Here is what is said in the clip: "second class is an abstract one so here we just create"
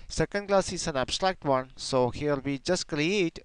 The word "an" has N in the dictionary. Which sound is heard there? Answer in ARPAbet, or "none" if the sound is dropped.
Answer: N